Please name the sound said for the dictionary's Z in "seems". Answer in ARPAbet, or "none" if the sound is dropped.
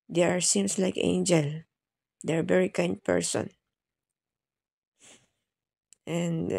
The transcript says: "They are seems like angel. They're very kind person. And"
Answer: S